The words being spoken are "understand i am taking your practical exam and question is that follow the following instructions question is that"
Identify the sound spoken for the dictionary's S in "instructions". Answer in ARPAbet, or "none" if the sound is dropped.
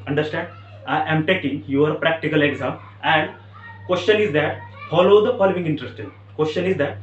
none